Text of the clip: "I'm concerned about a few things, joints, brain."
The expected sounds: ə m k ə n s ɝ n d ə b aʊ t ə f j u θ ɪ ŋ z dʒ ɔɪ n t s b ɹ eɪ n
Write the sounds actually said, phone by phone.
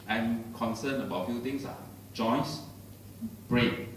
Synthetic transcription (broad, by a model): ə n k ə n s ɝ n ə b aʊ t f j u t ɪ ŋ s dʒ ɔɪ n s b ɹ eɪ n